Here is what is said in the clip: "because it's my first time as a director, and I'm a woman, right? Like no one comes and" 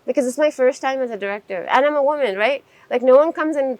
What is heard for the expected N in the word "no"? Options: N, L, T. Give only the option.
N